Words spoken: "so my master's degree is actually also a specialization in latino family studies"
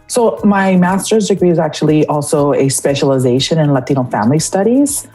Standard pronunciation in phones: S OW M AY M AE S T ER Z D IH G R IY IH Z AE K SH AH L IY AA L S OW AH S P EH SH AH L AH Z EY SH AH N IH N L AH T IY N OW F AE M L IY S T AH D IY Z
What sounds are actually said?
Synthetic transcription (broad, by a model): S OW M AY M AE S T ER Z D IH G R IY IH Z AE K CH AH L IY AA L S OW AH S P EH SH AH L AH Z EY SH AH N IH N L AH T IY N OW F AE M L IY S T AH D IY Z